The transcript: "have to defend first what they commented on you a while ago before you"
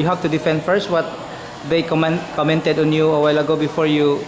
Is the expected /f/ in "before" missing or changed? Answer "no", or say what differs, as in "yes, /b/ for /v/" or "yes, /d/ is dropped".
no